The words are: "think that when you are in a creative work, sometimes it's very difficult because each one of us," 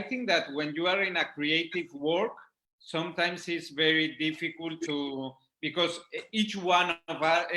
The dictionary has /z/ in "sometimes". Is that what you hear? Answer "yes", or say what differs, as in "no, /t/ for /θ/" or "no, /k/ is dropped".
no, /s/ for /z/